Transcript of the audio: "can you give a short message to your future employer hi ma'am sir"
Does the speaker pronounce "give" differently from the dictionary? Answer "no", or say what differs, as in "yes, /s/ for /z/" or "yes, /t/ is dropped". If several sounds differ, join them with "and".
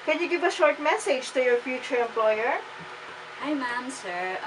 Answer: no